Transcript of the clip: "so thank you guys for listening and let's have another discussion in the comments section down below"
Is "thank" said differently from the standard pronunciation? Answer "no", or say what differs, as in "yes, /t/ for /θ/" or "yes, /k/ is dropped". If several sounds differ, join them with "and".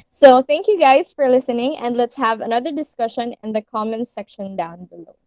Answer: no